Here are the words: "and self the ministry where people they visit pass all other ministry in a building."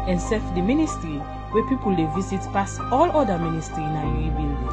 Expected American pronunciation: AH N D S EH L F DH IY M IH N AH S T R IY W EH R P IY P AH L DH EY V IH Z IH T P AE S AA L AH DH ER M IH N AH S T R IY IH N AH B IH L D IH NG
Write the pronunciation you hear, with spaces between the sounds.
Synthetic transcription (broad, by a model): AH N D S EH F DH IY M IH N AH S T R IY W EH P IY P AH L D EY V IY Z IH T P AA S AA L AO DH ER M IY N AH S T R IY IH N AH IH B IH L